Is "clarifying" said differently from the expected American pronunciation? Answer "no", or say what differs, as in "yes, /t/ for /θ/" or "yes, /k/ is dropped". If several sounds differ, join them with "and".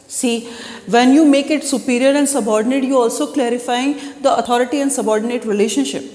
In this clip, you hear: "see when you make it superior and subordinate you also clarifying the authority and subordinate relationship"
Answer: no